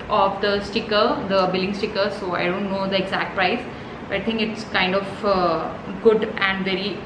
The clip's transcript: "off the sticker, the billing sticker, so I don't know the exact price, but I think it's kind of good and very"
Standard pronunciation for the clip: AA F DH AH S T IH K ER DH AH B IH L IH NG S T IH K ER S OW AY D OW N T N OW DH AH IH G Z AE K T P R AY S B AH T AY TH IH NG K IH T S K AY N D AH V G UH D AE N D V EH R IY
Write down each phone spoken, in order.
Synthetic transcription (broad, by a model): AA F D AH S T IH K ER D AH B IH L IH NG S T IH K ER S OW AY D OW N T N OW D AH IH G Z AE K T P R AY S B AH T AY T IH NG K IH T S K AY N D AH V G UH D AE N D V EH R IY